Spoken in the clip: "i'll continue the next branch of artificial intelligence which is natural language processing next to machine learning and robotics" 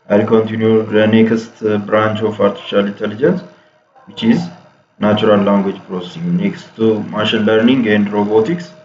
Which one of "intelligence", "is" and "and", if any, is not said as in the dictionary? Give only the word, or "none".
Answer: none